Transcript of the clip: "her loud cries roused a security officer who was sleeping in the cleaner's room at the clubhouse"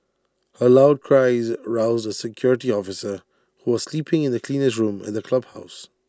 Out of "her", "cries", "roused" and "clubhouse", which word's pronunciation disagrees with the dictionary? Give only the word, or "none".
none